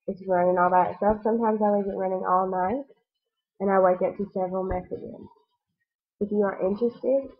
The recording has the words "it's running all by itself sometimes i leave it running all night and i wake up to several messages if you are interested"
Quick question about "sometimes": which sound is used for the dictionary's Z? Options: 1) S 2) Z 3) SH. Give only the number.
2